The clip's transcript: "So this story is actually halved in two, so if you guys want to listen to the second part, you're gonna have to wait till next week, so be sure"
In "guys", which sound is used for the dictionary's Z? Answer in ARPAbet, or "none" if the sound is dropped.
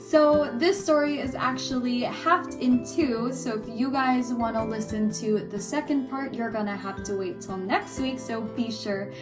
Z